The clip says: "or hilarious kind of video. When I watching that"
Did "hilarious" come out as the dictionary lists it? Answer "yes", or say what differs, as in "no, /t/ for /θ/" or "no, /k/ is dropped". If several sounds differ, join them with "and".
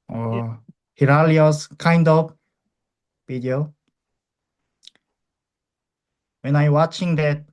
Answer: no, /l/ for /ɹ/